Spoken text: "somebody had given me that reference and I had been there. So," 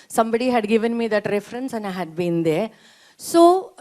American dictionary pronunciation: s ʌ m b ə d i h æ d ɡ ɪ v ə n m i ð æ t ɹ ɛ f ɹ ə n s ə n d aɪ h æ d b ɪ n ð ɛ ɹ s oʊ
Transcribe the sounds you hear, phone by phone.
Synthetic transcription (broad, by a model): s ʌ m b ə d i h æ d ɡ ɪ v ə n m i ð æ t ɹ ɛ f ɹ ə n s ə n aɪ h æ d b ɪ n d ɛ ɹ s oʊ